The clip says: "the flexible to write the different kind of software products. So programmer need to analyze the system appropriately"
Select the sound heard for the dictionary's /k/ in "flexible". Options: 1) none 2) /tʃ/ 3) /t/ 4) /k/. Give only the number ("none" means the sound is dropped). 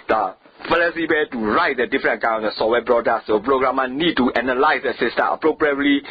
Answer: 1